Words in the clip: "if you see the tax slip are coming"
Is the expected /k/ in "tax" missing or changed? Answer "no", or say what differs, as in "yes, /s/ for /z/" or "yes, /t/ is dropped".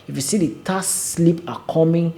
yes, /k/ is dropped